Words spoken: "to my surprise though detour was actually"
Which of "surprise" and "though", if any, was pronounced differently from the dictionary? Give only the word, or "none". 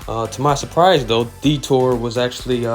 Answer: none